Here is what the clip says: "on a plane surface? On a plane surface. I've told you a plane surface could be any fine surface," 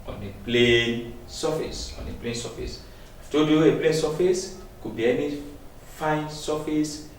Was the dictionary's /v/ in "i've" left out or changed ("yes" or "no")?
yes